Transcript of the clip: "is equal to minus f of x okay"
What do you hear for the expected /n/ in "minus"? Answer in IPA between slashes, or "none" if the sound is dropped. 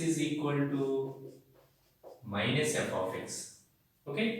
/n/